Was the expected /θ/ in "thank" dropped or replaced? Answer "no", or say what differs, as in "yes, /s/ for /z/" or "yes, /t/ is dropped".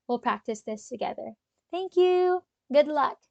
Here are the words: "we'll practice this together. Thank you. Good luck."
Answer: no